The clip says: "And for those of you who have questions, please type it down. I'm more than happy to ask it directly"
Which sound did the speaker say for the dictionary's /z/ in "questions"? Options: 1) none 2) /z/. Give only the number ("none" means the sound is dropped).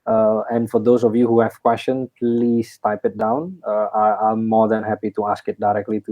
1